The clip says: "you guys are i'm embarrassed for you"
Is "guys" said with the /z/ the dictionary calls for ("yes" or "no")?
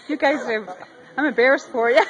yes